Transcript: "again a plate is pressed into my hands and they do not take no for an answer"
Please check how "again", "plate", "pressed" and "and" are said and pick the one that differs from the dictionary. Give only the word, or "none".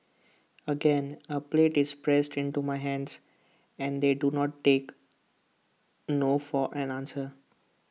none